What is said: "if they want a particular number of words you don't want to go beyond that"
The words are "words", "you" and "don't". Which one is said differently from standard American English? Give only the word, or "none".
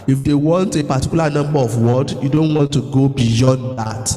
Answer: words